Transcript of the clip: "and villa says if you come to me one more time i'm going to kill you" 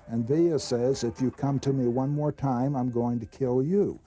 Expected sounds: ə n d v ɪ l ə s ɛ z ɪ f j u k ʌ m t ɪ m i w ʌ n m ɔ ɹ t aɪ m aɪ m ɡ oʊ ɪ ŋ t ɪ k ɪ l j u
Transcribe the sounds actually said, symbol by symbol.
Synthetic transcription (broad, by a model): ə n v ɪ ə s ɛ z ɪ f j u k ʌ m t ɪ m i w ʌ n m ɔ ɹ t aɪ m aɪ m ɡ oʊ ɪ ŋ t ɪ k ɪ l j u